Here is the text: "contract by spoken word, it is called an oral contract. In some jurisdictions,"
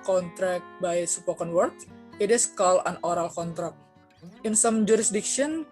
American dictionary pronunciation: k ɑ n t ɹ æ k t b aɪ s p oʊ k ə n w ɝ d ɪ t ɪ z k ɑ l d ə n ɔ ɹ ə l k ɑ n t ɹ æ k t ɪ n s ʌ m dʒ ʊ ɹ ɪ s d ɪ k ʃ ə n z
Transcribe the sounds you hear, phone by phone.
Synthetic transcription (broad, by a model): k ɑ n t ɹ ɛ k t b aɪ s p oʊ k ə n w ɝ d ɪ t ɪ s k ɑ l ə n ɔ ɹ ə l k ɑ n t ɹ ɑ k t ɪ n s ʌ m dʒ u ɹ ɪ s d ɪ k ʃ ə n